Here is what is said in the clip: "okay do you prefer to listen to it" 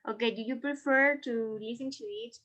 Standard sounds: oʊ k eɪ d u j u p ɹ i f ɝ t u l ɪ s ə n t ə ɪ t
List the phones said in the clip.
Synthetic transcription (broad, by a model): oʊ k eɪ d u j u p ɹ i f ɝ t u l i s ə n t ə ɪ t